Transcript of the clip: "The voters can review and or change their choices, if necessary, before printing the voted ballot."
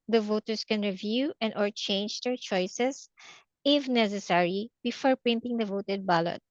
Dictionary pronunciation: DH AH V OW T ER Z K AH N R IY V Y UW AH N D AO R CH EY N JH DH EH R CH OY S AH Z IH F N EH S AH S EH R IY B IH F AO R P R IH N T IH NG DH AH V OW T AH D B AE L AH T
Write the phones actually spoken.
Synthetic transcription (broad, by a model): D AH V OW T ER S K AH N R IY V Y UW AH N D AO R CH EY N JH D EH R CH OY S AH S IH F N EH S AH S EH R IY B IH F AO R P R IH N T IH NG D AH V OW T AH D B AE L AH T